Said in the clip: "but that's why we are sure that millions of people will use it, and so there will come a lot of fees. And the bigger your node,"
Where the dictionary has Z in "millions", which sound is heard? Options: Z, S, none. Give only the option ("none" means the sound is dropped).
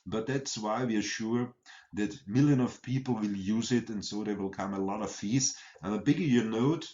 none